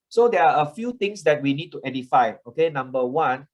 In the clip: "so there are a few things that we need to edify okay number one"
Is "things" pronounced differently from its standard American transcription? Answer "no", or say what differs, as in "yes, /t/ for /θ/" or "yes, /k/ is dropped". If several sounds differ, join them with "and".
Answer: yes, /t/ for /θ/